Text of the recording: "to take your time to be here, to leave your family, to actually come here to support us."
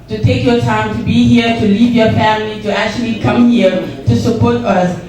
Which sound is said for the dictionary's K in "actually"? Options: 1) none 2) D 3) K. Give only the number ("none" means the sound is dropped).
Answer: 3